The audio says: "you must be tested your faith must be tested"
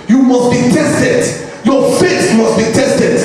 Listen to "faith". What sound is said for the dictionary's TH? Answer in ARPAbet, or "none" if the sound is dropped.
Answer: S